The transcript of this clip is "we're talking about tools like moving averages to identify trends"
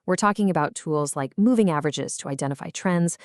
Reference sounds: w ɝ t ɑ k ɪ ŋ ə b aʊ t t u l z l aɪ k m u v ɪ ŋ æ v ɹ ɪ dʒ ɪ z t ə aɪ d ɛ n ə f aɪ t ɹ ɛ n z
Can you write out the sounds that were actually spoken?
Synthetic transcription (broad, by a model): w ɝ t ɑ k ɪ ŋ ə b aʊ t t u l z l aɪ k m u v ɪ ŋ æ v ɹ ɪ dʒ ɪ z t ə aɪ d ɛ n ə f aɪ t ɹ ɛ n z